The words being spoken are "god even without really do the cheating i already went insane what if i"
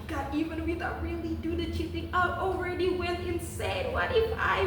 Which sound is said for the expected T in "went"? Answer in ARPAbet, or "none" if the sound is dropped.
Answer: none